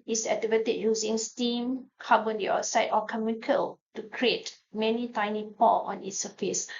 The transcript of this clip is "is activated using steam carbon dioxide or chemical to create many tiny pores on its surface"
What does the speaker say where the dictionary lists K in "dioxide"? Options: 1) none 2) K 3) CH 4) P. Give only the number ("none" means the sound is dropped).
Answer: 1